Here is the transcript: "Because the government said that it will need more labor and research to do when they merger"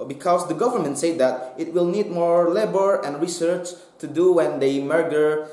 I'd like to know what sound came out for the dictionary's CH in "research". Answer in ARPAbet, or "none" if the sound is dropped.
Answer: CH